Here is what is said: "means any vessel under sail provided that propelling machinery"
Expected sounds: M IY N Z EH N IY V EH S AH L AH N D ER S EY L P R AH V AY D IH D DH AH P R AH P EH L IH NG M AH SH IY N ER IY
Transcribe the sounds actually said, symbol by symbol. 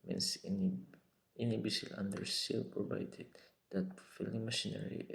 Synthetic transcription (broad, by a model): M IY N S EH N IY B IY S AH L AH N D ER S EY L P R AH V AY D IH D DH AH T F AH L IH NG M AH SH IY N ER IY